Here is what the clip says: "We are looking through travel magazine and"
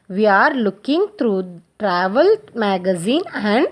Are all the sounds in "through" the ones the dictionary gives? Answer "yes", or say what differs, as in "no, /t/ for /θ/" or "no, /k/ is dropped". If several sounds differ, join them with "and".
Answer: no, /t/ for /θ/